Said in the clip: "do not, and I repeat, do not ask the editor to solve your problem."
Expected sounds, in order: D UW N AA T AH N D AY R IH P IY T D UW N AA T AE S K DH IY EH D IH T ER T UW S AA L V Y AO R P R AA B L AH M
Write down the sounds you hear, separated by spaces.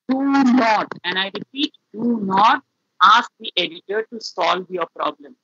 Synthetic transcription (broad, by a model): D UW N AA T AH N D AY R IH P IY T D UW N AA T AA S K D IY EH D IH T ER T UW S AA L V Y AO R P R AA B L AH M